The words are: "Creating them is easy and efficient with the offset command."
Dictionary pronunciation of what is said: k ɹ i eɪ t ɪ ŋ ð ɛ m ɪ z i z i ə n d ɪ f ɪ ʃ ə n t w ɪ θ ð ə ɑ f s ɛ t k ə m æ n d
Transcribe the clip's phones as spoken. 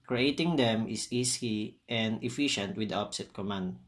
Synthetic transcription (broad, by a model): k ɹ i eɪ t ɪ ŋ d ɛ m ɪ s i s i ə n d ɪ f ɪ ʃ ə n t w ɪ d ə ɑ p s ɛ t k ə m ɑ n d